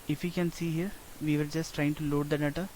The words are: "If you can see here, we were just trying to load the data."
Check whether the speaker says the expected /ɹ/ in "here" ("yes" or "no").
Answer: yes